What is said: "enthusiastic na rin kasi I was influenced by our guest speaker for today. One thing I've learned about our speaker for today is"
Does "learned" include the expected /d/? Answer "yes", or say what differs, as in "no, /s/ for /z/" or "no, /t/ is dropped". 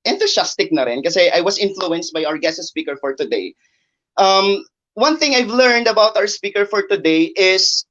yes